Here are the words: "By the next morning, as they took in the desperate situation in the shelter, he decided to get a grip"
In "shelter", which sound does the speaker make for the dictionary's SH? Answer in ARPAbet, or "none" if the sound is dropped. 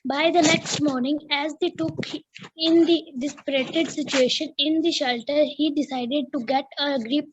SH